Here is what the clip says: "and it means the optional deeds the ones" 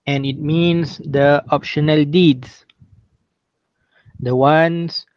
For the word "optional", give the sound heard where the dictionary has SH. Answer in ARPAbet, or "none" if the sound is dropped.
SH